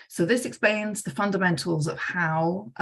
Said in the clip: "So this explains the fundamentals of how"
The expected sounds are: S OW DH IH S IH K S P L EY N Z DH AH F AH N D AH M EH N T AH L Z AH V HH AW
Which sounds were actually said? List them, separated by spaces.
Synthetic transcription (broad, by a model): S OW DH IH S IH K S P L EY N Z DH AH F AH N D AH M EH N T AH L Z AH V HH AW